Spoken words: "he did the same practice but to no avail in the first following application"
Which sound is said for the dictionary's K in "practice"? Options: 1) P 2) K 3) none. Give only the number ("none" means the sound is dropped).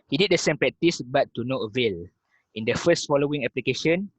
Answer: 3